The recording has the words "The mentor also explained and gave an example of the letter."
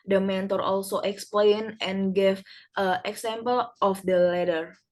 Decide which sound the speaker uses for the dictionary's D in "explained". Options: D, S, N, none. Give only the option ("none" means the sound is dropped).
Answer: none